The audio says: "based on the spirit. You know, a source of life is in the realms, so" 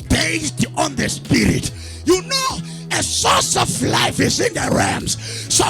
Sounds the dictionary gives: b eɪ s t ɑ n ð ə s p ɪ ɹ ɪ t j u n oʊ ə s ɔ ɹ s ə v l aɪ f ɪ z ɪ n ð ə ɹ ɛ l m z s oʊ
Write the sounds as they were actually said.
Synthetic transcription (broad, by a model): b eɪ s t ɑ n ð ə s p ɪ ɹ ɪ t j u n oʊ ə s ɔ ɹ s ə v l aɪ f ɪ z ɪ n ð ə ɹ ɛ m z s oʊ